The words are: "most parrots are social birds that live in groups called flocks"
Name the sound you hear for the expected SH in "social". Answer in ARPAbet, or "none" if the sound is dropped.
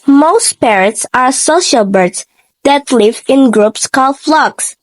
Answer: SH